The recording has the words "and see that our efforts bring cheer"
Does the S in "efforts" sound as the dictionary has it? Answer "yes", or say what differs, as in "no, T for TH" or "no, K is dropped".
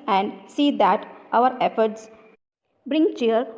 yes